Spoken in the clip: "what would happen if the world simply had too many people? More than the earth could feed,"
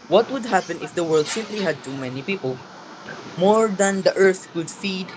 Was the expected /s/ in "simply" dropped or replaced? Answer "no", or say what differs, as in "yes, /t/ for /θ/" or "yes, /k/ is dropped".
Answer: no